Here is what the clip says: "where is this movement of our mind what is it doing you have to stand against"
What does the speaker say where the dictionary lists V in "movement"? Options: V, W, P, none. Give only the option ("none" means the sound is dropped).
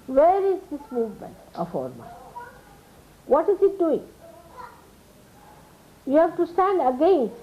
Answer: V